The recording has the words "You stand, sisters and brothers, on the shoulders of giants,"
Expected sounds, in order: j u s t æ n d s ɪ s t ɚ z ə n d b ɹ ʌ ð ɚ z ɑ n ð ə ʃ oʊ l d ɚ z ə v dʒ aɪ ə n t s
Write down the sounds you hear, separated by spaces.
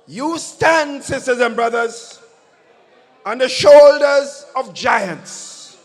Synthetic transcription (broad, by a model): j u s t æ n d s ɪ s t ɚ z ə n b ɹ ʌ ð ɚ z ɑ n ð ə ʃ oʊ l d ɚ z ə v dʒ aɪ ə n t s